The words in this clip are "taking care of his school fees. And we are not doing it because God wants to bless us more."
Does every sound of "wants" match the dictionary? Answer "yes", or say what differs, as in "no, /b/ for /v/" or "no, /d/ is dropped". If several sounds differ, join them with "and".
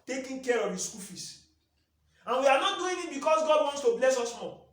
yes